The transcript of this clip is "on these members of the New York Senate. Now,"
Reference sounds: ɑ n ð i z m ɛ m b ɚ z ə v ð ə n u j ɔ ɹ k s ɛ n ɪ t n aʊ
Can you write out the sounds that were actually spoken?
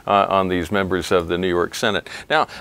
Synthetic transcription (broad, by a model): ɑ n ð i z m ɛ m b ɚ z ə v ð ə n u j ɔ ɹ k s ɛ n ɪ t n aʊ